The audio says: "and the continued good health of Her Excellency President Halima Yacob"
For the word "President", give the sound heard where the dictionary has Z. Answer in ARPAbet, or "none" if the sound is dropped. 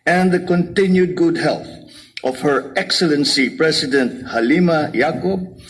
S